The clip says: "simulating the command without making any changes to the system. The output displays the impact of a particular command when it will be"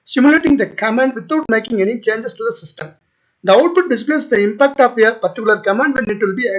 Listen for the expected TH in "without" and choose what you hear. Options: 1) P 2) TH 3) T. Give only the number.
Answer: 3